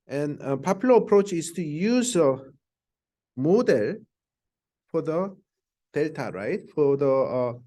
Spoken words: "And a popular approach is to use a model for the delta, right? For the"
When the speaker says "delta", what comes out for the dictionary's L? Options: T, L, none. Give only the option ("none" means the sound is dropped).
L